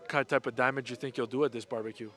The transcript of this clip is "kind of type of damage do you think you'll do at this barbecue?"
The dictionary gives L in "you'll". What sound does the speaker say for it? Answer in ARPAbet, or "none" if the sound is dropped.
L